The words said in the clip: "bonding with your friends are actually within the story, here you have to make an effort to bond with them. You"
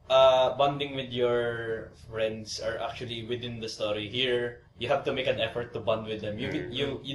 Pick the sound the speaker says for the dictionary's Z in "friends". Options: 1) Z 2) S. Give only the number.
2